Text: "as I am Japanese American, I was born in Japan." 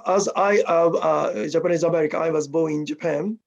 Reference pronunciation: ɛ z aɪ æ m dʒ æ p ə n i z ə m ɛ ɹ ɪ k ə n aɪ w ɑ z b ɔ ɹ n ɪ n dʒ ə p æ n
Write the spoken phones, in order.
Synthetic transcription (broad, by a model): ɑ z aɪ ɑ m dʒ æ p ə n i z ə m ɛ ɹ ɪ k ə aɪ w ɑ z b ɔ ɪ n dʒ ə p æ n